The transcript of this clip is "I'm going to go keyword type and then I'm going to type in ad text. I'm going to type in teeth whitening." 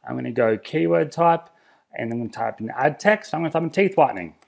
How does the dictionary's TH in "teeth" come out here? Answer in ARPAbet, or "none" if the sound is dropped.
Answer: TH